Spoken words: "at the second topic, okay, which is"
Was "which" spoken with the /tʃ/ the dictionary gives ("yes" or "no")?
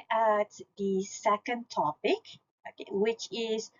yes